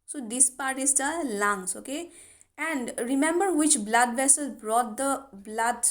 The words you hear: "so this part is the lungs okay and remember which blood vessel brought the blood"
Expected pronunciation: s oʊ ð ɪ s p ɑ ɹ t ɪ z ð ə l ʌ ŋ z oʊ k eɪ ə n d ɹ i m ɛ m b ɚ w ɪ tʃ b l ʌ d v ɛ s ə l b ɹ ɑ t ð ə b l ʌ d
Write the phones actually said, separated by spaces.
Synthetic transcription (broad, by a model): s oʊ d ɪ s p ɑ ɹ t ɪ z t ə l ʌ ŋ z oʊ k eɪ ə n d ɹ i m ɛ m b ɚ w ɪ tʃ b l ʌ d v ɛ s ə l b ɹ ɑ t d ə b l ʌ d